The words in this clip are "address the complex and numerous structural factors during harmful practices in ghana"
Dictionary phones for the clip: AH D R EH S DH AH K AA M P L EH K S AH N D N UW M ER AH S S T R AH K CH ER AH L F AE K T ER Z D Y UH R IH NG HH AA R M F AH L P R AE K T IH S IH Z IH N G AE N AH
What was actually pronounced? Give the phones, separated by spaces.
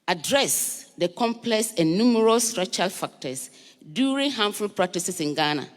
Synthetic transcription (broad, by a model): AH D R EH S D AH K AA M P L EH K S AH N N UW M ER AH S S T R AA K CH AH L F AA K T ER S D Y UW R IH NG HH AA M F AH L P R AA K T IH S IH S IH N G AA N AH